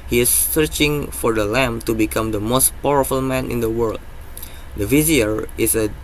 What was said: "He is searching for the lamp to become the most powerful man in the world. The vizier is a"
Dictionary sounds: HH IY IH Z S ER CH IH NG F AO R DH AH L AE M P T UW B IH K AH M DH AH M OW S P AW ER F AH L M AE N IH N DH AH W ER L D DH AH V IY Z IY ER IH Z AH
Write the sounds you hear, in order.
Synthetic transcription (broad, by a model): HH IY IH S ER CH IH NG F AO R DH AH L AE M T UW B IH K AH M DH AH M OW S P AW ER F AH L M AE N IH N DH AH W ER L D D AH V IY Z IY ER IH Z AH